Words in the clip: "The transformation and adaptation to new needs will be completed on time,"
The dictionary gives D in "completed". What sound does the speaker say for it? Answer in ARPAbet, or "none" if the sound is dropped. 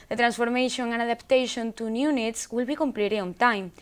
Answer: none